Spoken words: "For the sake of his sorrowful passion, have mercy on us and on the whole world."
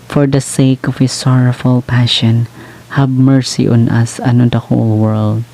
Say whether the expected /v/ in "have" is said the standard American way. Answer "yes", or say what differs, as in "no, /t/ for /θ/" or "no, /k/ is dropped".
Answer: no, /b/ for /v/